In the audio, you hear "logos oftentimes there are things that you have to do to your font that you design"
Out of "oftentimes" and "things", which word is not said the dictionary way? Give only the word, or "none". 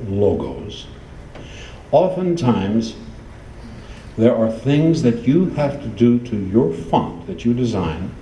none